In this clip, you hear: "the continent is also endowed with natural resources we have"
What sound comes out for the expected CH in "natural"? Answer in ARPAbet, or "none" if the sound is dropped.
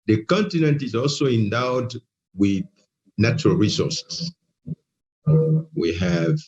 CH